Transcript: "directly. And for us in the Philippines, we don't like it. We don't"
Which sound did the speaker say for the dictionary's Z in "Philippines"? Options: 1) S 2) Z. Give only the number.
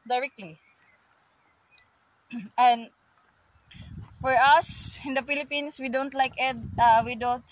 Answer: 1